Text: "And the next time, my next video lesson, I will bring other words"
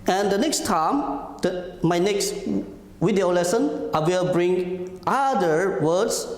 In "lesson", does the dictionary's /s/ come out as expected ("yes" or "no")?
yes